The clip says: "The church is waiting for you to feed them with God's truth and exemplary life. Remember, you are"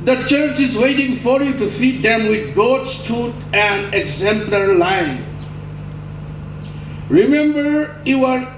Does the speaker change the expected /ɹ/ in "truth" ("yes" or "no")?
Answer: yes